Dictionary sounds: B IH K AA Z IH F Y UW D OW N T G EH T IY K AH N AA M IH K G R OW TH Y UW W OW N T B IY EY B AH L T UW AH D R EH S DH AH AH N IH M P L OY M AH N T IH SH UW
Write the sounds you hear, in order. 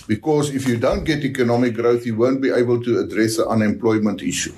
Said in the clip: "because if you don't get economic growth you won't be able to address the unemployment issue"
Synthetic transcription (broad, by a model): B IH K AA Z IH F Y UW D OW N T G EH T IY K AH N AA M IH K G R OW TH Y UW W OW N T B IY EY B AH L T UW AH D R EH S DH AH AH N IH M P L OY M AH N T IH SH UW